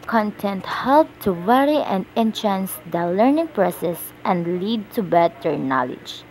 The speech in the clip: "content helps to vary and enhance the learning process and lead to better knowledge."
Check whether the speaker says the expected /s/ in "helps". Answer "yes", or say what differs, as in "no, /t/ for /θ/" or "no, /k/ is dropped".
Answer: no, /s/ is dropped